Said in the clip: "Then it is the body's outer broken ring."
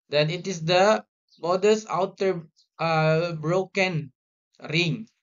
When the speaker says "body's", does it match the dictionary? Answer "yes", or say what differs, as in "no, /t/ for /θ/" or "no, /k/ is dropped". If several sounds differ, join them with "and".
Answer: no, /s/ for /z/